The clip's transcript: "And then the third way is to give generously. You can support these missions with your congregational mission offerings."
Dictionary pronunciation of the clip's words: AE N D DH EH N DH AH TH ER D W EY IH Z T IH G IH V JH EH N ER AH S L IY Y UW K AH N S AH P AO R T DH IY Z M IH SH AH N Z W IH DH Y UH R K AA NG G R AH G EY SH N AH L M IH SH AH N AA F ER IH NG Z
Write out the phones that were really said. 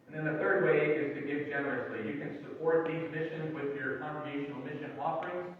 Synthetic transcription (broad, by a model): N DH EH N DH AH TH ER D W EY IH Z T IH G IH V JH EH N ER AH S L IY Y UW K AH N S AH P AO R T DH IY Z M IH SH AH N Z W IH DH Y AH R K AA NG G R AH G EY SH N L M IH SH AH N AA F ER IH NG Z